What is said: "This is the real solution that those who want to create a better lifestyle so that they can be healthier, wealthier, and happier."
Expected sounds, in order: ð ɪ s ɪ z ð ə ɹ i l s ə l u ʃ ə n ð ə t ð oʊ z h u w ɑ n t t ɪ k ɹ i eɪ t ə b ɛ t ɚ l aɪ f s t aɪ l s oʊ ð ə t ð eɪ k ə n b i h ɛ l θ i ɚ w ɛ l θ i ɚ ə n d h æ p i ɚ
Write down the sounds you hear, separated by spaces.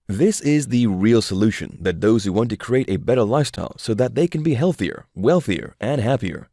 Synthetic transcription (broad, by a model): ð ɪ s ɪ z ð ə ɹ i l s ə l u ʃ ə n ð ə t ð oʊ z h u w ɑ n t t ɪ k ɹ i eɪ t ə b ɛ t ɚ l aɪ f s t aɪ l s oʊ ð ə t ð eɪ k ə n b i h ɛ l θ i ɚ w ɛ l θ i ɚ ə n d h æ p i ɚ